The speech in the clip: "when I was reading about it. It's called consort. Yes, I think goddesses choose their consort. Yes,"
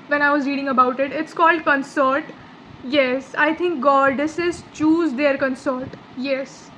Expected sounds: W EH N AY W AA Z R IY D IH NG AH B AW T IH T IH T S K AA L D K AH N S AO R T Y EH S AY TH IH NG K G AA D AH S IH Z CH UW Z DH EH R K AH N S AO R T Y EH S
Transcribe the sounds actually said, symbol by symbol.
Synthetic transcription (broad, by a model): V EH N AY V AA Z R IY D IH NG AH B AW T IH T IH T S K AA L D K AH N S AO R T Y EH S AY T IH NG K G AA D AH S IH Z CH UW Z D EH R K AH N S AO R T Y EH S